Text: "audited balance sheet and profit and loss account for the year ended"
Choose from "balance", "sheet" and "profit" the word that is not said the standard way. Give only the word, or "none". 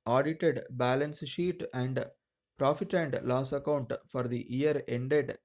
none